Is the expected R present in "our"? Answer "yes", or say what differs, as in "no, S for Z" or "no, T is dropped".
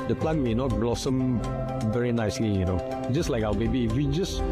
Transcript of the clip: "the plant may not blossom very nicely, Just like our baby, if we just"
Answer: no, W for R